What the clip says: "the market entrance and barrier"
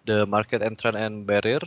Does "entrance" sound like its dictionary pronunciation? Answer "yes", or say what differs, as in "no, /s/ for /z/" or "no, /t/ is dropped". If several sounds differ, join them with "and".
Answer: no, /s/ is dropped